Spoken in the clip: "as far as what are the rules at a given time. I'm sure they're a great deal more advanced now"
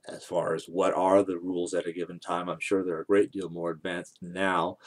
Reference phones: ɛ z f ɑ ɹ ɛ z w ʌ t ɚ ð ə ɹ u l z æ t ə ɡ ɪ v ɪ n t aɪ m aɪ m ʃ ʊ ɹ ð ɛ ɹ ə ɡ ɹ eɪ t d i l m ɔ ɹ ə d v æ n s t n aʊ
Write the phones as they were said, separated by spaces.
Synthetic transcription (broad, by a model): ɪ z f ɑ ɹ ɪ z w ʌ t ɚ ð ə ɹ u l z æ t ə ɡ ɪ v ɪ n t aɪ m aɪ m ʃ ʊ ɹ ð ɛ ɹ ə ɡ ɹ eɪ t d i l m ɔ ɹ ə d v æ n s t n aʊ